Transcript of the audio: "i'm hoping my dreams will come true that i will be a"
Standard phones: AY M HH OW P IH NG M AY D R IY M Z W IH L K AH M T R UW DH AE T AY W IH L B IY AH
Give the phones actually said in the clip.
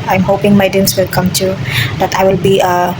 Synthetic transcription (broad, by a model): AY M HH OW P IH NG M AY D IY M S W IH L K AH M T UW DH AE T AY W IH L B IY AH